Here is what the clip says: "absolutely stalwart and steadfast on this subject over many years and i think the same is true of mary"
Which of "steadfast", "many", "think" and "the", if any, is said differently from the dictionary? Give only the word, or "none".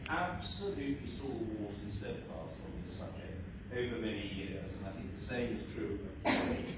steadfast